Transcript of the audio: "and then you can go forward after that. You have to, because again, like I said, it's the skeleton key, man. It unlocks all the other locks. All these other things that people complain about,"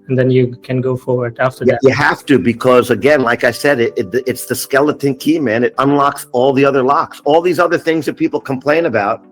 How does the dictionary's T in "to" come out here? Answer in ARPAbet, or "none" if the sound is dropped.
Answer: T